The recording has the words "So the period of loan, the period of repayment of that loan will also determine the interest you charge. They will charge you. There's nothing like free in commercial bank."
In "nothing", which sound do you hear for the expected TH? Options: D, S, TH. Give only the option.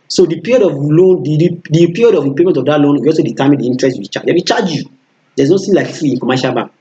S